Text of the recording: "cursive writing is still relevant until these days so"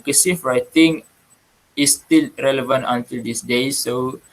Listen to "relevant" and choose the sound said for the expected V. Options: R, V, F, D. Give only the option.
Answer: V